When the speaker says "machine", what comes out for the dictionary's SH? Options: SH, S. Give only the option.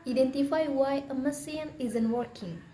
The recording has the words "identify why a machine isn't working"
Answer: S